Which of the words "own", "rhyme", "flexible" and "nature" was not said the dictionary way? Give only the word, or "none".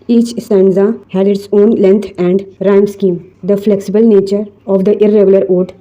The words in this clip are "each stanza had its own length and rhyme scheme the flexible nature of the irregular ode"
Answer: none